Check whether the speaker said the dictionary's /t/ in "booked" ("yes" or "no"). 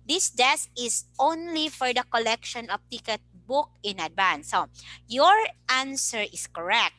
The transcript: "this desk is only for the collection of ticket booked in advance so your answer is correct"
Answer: no